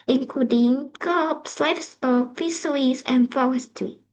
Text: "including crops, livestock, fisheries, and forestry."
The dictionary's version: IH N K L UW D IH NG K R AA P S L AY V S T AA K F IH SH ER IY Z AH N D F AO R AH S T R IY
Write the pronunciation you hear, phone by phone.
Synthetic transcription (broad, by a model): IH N K L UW D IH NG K AA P S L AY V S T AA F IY S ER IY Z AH N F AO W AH S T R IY